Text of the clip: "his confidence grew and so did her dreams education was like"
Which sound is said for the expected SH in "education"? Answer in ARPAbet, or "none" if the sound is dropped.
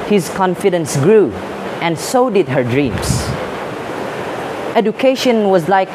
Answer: SH